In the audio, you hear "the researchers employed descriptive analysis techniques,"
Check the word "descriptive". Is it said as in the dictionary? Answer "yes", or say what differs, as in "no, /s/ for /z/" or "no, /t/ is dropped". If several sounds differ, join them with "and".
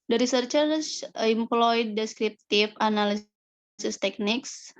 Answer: no, /f/ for /v/